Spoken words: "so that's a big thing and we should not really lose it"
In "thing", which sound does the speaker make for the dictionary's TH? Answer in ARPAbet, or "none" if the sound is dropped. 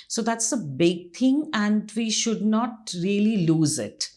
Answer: T